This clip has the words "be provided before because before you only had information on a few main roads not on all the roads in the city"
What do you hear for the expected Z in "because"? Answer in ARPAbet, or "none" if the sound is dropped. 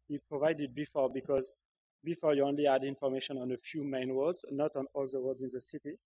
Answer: Z